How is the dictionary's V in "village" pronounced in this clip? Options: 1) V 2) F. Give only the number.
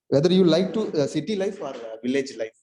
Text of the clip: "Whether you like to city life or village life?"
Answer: 1